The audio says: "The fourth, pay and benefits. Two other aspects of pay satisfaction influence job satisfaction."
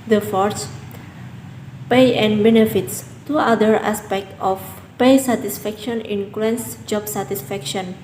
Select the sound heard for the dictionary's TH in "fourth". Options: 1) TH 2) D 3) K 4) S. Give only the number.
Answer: 4